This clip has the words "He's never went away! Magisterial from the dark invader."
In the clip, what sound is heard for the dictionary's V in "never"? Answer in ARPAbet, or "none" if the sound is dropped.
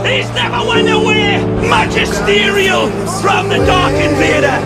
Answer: P